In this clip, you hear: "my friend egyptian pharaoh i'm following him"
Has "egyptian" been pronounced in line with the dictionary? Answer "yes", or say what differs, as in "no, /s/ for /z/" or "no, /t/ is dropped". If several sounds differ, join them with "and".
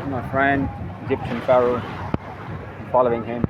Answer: no, /s/ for /ʃ/